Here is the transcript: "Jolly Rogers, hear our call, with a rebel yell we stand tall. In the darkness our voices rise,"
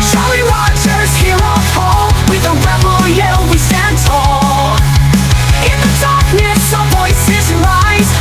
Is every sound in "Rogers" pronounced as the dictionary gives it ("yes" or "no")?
no